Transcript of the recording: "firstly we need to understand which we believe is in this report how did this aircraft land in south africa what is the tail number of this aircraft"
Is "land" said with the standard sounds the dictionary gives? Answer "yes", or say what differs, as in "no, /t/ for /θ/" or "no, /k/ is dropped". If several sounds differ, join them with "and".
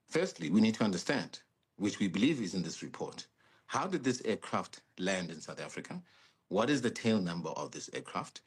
yes